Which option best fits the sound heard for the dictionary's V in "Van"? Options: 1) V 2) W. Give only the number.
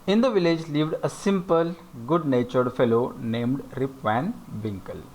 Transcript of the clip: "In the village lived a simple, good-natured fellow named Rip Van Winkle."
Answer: 1